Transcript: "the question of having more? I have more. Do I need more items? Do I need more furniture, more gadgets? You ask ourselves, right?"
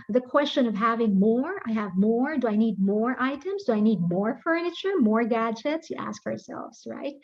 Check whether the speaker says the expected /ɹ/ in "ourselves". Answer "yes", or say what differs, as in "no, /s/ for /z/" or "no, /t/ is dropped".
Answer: yes